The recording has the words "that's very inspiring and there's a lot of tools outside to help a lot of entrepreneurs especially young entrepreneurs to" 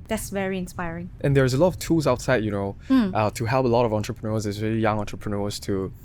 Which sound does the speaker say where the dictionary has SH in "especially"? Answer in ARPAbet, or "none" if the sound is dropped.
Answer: none